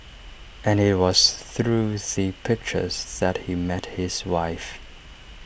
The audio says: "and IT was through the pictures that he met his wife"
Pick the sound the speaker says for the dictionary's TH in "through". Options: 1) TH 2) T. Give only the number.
1